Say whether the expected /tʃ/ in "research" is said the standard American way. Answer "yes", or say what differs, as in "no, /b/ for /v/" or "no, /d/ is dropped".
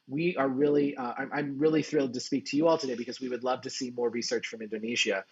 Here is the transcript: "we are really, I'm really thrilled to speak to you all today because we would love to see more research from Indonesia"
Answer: yes